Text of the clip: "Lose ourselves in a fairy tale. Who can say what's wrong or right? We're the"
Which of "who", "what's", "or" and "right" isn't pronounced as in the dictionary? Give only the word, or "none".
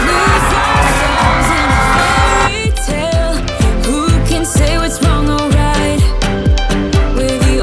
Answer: or